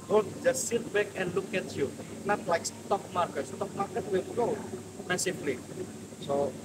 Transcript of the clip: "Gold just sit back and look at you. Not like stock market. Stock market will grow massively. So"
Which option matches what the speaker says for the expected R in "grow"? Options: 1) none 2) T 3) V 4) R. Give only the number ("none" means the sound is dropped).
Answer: 1